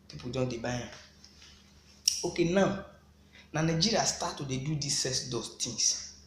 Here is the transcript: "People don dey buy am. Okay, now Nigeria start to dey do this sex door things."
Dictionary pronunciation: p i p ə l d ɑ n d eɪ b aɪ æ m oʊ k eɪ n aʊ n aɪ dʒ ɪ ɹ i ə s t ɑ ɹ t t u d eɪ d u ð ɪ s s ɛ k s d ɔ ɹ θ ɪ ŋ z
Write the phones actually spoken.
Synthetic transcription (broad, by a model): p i p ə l d ɑ n d eɪ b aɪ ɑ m oʊ k eɪ n aʊ n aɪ dʒ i ɹ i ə s t ɑ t t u d eɪ d u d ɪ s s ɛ s d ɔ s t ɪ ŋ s